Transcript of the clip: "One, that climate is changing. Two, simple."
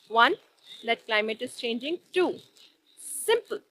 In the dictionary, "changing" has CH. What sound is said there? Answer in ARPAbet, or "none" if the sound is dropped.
CH